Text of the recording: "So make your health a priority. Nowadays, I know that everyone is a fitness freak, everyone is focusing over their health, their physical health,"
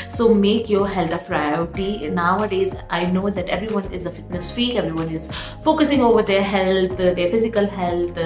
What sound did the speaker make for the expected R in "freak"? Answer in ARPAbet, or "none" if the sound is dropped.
none